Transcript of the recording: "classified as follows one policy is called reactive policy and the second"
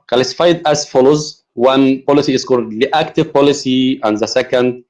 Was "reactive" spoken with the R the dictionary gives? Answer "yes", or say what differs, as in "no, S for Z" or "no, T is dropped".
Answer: no, L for R